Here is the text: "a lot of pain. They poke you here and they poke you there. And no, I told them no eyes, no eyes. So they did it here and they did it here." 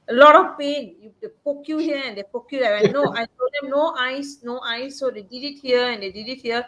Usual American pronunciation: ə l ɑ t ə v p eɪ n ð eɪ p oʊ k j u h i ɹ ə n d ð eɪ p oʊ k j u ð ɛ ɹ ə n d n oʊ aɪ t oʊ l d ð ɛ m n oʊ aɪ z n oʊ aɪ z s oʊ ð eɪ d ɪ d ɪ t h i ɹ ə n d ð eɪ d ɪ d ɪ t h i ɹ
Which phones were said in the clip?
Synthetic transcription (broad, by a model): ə l ɑ t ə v p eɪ n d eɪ p oʊ k j u h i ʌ ə n d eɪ p oʊ k j u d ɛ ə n n oʊ aɪ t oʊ d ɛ m n oʊ aɪ s n oʊ aɪ s oʊ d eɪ d ɪ d ɪ t h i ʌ ə n d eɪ d ɪ d ɪ t h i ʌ